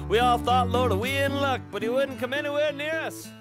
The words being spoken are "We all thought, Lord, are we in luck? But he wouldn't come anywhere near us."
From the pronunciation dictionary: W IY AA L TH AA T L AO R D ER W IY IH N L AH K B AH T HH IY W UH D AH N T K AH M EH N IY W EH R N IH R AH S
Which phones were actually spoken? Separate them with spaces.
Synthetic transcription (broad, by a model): W IY AA L TH AA T L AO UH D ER W IY IH N L AH K B AH T HH IY W UH D N K AH M EH N IY W EH R N IH R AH S